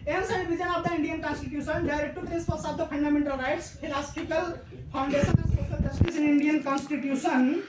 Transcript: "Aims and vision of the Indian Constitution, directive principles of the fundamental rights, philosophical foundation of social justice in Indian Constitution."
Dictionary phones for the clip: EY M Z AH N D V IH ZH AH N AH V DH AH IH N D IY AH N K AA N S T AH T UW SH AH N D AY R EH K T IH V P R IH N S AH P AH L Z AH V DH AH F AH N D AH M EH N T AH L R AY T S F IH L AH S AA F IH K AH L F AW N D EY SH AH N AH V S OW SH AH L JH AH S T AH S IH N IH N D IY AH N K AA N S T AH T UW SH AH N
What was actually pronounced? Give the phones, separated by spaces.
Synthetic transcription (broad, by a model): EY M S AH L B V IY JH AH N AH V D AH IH N D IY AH N K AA N S T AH T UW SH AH N D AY R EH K T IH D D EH S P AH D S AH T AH P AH N D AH M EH N T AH L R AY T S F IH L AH S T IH K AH L P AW N D EY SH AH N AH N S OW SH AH L JH AH S T AH S IH N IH N D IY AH N K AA N S T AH T UW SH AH N